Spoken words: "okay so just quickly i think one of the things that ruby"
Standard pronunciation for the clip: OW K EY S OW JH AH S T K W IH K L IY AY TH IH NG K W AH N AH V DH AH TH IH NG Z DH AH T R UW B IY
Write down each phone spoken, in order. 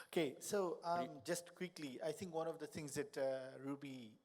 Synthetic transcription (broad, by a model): OW K EY S OW JH AH S T K W IH K L IY AY T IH NG K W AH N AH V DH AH T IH NG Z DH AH T R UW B IY